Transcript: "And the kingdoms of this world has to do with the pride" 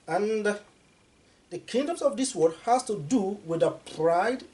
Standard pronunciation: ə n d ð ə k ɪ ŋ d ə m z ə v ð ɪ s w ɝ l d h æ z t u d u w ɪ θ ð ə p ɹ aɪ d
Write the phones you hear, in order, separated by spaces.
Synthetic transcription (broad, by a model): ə n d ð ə k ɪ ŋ d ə m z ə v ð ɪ s w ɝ d h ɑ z t u d u w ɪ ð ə p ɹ aɪ d